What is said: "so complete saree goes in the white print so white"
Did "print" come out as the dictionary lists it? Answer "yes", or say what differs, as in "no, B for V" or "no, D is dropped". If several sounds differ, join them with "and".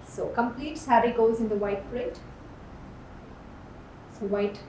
no, N is dropped